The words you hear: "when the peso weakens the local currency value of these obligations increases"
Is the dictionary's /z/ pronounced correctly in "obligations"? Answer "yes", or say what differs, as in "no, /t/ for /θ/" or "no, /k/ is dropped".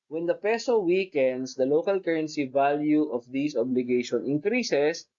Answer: no, /z/ is dropped